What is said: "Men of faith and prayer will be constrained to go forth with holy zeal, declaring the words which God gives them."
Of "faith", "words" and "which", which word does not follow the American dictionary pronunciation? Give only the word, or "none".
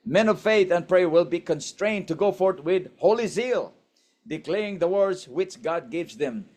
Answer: none